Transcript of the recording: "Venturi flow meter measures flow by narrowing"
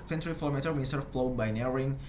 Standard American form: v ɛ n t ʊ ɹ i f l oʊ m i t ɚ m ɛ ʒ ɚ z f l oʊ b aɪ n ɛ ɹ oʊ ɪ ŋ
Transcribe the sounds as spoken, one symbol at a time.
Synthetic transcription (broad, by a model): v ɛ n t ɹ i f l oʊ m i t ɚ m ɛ s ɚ f l oʊ b aɪ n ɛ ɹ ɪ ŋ